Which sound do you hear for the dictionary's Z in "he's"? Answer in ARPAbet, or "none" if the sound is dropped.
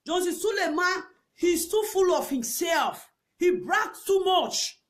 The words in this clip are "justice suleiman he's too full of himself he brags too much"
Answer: S